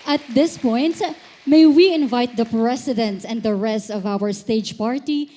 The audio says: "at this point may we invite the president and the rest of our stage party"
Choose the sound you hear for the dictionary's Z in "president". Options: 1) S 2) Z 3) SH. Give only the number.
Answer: 1